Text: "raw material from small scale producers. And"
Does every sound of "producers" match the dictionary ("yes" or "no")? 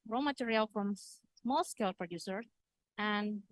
no